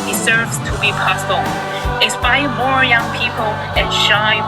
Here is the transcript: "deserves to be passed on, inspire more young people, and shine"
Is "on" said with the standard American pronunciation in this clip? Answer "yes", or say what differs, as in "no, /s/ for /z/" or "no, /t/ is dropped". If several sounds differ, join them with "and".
no, /l/ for /n/